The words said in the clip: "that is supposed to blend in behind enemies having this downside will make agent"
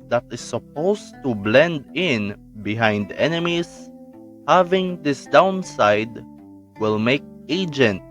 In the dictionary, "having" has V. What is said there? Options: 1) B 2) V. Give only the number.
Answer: 2